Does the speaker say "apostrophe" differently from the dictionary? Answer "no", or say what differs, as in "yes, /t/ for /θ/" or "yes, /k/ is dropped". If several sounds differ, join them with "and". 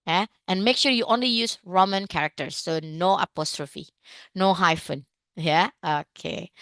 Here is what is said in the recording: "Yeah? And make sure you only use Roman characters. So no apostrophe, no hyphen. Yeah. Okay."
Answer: no